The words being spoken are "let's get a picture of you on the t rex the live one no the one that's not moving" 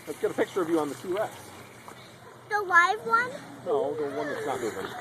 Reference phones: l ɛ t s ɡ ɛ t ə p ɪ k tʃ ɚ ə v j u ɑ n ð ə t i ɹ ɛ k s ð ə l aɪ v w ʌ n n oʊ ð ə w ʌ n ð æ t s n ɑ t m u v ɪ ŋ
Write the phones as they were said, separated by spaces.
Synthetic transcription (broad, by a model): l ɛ t s ɡ ɛ t ə p ɪ k tʃ ɚ ə v j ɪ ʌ n ð ə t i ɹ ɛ s ð ə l aɪ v w ʌ n n oʊ ð ə w ʌ n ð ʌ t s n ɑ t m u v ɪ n